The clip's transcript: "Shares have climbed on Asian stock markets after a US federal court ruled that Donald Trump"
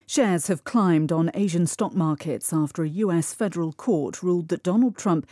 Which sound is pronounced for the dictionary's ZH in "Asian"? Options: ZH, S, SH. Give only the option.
ZH